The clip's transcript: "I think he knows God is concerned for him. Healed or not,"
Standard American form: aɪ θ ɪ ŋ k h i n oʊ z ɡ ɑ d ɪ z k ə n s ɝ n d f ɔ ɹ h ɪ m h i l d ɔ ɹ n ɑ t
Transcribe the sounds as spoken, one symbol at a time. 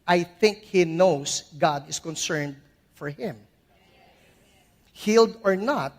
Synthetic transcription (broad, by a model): aɪ θ ɪ ŋ k h i n oʊ s ɡ ɑ d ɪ s k ə n s ɝ n d f ɔ ɹ h ɪ m h i l d ɔ ɹ n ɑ t